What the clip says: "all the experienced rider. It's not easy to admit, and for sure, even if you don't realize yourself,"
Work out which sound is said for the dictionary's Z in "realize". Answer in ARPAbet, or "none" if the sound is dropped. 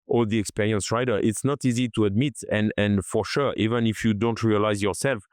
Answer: Z